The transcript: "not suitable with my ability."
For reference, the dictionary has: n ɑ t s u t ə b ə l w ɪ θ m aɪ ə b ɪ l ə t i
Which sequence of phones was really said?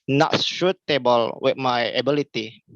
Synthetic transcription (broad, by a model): n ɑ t ʃ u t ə b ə l w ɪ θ m aɪ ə b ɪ l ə t i